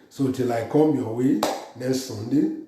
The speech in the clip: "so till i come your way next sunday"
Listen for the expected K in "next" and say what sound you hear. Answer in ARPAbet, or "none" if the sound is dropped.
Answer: none